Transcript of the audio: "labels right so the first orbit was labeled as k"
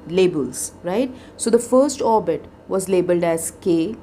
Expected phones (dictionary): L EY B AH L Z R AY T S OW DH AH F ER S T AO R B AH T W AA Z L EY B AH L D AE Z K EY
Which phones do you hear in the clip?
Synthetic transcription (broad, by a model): L EY B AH L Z R AY T S OW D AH F ER S T AO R B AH T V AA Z L EY B AH L D AE Z K EY